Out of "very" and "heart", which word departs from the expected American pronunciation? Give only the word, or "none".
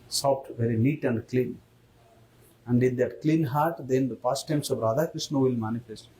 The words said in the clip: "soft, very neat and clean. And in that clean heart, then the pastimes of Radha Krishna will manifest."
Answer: none